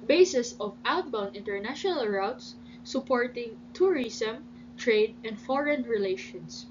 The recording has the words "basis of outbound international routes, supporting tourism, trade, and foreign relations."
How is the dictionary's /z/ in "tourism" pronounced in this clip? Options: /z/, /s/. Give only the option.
/s/